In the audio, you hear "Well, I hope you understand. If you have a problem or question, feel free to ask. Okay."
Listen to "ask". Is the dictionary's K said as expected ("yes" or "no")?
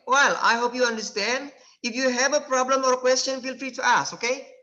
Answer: no